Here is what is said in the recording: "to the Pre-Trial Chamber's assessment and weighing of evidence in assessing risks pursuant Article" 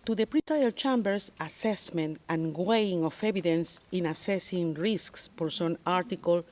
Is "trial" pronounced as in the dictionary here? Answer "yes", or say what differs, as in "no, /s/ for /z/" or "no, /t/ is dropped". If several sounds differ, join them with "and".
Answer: no, /ɹ/ is dropped